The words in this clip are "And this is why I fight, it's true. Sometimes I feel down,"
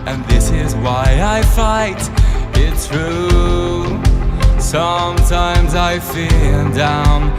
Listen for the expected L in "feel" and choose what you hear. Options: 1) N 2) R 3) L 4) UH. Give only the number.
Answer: 1